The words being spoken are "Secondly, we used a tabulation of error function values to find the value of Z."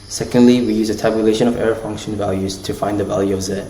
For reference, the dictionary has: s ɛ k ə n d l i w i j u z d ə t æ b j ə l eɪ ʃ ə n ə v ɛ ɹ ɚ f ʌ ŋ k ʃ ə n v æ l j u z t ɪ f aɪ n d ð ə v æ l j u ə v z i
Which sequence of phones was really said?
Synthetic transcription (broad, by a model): s ɛ k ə n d l i w i j u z ə t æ b j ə l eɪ ʃ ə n ə v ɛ ɹ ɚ f ʌ ŋ k ʃ ə n v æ l j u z t ɪ f aɪ n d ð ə v æ l j u ə v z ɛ